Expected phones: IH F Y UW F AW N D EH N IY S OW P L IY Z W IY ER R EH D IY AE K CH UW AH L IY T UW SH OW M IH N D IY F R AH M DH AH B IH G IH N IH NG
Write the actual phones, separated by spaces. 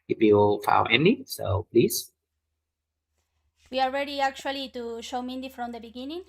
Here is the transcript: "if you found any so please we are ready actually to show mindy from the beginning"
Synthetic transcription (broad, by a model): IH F Y UW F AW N EH N IY S OW P L IY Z W IY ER R EH D IY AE K CH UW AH L IY T UW SH OW M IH N D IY F R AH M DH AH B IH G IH N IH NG